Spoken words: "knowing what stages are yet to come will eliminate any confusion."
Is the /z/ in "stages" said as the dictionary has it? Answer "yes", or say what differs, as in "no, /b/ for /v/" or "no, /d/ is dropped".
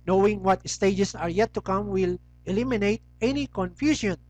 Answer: no, /s/ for /z/